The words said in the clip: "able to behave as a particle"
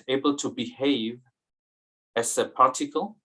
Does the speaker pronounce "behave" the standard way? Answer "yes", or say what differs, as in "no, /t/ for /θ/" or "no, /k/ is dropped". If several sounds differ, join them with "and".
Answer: yes